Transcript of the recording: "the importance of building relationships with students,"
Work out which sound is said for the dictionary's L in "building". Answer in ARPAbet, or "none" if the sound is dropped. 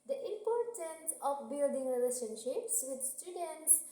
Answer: L